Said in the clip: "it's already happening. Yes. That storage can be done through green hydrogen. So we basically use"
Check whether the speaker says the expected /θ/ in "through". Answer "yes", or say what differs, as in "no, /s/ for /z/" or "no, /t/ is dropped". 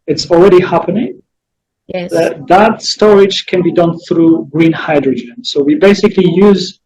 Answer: yes